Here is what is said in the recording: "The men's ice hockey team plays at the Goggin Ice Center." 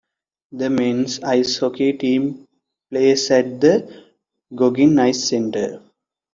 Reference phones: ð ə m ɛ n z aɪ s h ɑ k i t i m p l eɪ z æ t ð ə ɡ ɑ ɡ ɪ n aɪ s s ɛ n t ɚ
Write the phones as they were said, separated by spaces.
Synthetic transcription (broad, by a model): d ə m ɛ n s aɪ s h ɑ k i t i m p l eɪ s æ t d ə ɡ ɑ ɡ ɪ n aɪ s s ɛ n t ɚ